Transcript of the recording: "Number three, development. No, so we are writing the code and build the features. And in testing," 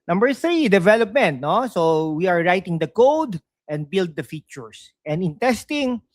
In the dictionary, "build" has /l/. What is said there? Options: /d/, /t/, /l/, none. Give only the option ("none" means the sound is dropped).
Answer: /l/